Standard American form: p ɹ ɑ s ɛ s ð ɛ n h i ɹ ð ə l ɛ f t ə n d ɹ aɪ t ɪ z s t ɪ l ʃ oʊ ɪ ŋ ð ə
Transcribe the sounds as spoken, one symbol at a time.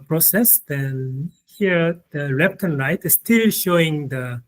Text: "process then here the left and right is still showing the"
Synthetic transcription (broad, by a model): p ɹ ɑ s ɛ s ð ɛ n h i ɹ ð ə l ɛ p t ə n ɹ aɪ t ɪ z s t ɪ l ʃ oʊ ɪ ŋ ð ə